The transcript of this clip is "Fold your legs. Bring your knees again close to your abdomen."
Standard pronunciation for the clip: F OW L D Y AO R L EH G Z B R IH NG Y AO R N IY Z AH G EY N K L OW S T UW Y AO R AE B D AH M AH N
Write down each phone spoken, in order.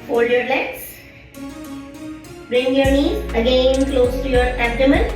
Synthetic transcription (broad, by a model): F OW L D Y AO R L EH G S B R IH NG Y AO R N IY AH G EY N K L OW S T UW Y AO R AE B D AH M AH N